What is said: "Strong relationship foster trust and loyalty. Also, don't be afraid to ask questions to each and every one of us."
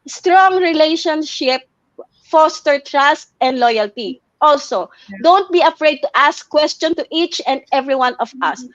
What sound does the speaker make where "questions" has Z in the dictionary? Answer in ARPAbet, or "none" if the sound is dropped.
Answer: none